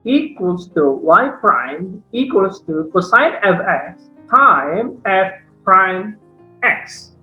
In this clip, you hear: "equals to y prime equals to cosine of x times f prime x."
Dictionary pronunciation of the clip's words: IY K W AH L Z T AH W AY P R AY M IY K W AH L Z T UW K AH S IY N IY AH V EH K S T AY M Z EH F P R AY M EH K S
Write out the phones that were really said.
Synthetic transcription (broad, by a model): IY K W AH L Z T AH W AY P R AY M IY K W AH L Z T UW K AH S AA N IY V EH K S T AY M EH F P R AY M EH K S